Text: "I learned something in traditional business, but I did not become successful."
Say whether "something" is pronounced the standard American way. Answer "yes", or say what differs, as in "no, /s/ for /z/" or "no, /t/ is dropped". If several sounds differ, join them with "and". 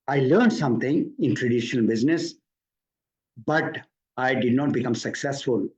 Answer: no, /t/ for /θ/